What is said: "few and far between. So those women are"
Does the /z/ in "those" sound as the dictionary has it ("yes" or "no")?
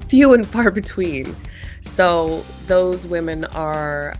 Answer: yes